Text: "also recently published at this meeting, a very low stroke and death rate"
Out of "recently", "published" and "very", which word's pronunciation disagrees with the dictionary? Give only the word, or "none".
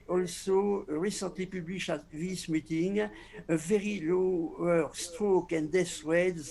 published